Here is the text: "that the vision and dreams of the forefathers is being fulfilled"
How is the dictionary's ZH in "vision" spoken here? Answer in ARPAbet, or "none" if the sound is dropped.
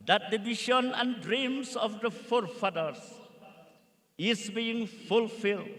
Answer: SH